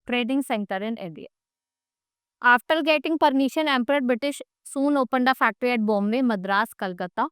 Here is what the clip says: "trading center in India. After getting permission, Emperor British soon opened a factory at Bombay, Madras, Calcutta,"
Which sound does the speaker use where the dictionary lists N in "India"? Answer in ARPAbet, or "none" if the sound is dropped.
none